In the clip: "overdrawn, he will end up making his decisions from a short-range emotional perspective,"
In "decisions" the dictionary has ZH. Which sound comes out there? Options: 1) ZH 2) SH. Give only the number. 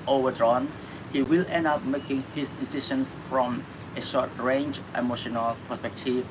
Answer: 2